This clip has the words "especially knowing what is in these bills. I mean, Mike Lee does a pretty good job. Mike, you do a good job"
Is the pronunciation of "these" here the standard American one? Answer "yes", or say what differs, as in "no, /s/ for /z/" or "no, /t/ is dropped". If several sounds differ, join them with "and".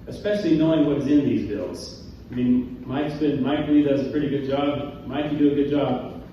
yes